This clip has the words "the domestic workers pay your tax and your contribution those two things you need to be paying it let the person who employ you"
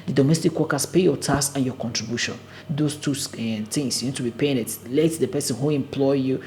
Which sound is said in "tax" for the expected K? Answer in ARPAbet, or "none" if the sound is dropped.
none